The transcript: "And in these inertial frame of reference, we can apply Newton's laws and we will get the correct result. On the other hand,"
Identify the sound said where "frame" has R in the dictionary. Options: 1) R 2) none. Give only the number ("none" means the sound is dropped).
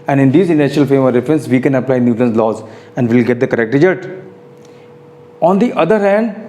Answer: 2